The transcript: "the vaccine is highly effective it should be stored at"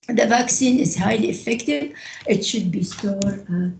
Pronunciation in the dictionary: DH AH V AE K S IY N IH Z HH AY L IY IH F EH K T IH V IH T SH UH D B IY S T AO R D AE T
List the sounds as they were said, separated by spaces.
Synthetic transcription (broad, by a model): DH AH V AE K S IY N IH Z HH AY L IY IH F EH K T IH V IH T SH UH D B IY S T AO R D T